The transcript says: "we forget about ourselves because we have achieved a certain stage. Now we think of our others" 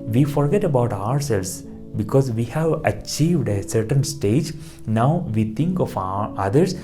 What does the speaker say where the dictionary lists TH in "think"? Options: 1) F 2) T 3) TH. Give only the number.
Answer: 2